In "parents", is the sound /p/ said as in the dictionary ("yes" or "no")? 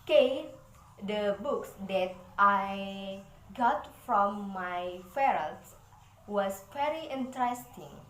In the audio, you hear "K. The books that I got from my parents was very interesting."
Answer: no